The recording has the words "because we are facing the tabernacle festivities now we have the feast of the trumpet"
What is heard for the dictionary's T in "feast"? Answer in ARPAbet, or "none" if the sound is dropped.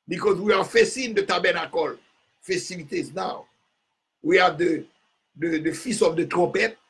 none